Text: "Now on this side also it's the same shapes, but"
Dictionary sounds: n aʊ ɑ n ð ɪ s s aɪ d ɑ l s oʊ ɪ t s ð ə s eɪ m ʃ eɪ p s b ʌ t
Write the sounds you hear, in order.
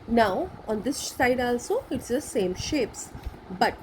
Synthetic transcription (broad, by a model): n aʊ ɑ n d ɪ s s aɪ d ɑ l s oʊ ɪ t s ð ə s eɪ m ʃ eɪ p s b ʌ t